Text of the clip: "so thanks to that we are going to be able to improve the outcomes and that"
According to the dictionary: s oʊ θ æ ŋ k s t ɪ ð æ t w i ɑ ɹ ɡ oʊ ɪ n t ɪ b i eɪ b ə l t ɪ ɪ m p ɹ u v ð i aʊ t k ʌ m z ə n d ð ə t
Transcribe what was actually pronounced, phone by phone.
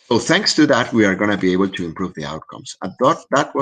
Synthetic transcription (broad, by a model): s oʊ θ æ ŋ k s t ɪ ð æ t w i ɑ ɹ ɡ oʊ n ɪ b i eɪ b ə l t ɪ ɪ m p ɹ u v ð i aʊ t k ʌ m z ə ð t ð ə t